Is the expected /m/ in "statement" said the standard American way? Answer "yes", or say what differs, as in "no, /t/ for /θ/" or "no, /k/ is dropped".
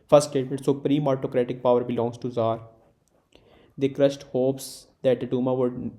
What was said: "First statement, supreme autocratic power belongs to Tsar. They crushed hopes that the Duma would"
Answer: no, /m/ is dropped